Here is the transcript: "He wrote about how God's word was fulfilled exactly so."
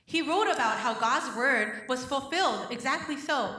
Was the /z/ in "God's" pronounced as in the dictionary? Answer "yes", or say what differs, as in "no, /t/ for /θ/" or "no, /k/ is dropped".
yes